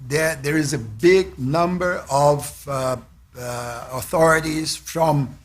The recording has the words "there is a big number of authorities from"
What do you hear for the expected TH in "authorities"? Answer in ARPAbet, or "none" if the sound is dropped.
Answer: TH